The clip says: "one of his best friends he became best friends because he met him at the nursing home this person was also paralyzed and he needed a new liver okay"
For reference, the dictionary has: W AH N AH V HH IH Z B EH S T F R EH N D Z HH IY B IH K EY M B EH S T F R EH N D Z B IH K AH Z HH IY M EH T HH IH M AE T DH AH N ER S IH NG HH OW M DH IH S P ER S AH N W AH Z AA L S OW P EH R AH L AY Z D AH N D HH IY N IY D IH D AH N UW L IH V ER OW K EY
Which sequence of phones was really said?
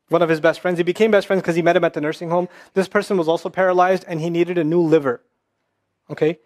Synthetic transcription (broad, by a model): W AH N AH V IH Z B EH S T F R EH N D Z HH IY B IH K EY M B EH S T F R EH N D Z K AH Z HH IY M EH T HH IH M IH T DH AH N ER S IH NG HH OW M DH IH S P ER S AH N W AH Z AA L S OW P EH R AH L AY Z D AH N IY N IY D IH D AH N UW L IH V ER OW K EY